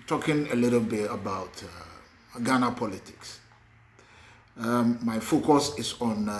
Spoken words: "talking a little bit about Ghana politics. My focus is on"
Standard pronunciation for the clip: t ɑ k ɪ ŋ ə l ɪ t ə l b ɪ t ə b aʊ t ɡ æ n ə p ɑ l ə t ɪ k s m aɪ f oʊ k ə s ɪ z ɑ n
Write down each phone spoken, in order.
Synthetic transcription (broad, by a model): t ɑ k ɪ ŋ ə l ɪ t ə l b ɪ t ə b aʊ t ɡ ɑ n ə p ɑ l ə t ɪ k s m aɪ f oʊ k ə s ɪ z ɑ n